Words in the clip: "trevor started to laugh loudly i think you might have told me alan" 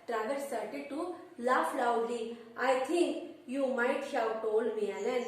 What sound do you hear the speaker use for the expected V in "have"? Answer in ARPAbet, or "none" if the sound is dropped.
W